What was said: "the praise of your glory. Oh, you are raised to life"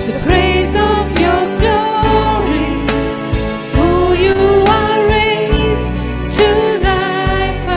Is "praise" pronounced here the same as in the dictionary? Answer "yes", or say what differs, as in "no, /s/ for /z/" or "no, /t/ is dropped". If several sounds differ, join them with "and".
yes